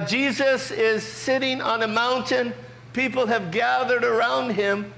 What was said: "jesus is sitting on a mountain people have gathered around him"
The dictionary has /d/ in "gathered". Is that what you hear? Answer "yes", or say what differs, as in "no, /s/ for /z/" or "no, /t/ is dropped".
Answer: yes